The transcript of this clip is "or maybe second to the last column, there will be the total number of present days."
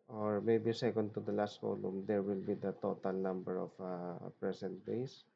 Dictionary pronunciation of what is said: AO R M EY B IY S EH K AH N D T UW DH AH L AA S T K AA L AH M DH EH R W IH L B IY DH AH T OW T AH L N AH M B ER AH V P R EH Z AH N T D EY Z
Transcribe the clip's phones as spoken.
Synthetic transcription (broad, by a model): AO R M EY B IY S EH K AH N D T UW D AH L AA S T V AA L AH M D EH R W IH L B IY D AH T OW T AH L N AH M B ER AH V P R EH S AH N T D EY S